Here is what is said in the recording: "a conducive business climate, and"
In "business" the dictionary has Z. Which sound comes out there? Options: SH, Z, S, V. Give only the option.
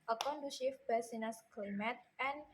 S